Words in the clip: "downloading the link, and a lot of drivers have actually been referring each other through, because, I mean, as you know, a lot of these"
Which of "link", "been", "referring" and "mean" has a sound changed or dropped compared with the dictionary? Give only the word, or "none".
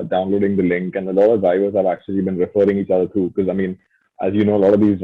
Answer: none